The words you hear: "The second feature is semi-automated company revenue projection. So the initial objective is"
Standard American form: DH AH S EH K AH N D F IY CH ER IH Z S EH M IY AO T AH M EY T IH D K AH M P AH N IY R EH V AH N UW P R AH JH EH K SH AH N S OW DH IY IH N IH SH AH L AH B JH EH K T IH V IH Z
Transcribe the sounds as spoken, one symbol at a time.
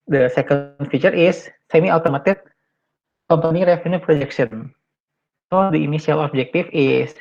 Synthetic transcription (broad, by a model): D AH S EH K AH N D F IY CH ER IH S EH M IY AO T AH M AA T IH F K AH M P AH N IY R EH F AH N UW P R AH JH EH K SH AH N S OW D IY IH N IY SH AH L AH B JH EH K T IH F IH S